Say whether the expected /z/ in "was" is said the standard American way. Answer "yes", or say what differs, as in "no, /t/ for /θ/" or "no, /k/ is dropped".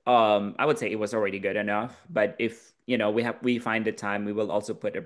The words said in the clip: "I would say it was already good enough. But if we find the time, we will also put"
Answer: yes